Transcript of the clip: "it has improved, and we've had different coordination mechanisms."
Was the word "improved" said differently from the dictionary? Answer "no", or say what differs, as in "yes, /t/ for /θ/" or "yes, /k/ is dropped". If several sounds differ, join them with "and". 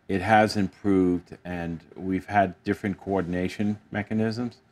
no